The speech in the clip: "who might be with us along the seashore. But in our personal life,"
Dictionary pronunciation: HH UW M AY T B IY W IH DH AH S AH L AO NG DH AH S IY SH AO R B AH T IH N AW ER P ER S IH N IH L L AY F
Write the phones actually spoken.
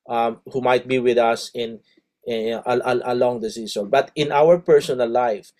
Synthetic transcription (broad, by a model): HH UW M AY T B IY W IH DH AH S AH L AO NG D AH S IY S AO B AH T IH N AW ER P ER S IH N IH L L AY F